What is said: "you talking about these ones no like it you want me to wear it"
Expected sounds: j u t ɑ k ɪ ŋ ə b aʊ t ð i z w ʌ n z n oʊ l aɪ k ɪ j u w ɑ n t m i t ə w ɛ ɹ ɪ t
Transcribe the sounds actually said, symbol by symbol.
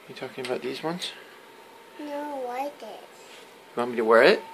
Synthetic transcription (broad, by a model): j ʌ t ɑ k ɪ ŋ ə b aʊ t ð i z w ʌ n z n oʊ w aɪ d ɪ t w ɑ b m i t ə w ɛ ɹ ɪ t